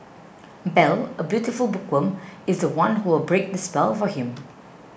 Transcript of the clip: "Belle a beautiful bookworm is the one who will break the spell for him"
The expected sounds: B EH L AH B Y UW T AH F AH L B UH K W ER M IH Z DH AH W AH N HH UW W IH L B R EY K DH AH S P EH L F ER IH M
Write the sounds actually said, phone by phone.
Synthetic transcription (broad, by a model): B EH L AH B Y UW T AH F AH L B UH K W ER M IH Z DH AH W AH N HH UW W IH L B R EY K DH AH S P EH L F ER IH M